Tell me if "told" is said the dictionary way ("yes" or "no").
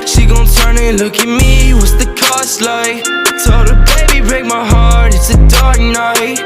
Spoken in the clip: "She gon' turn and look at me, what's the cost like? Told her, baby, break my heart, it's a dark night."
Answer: no